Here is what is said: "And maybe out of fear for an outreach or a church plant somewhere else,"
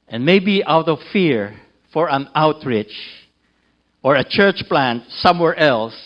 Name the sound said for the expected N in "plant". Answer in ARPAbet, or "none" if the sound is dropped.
N